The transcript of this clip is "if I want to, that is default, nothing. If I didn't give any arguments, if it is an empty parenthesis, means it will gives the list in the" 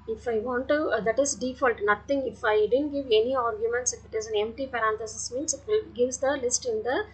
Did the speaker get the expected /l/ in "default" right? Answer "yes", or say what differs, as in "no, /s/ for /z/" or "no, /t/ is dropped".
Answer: yes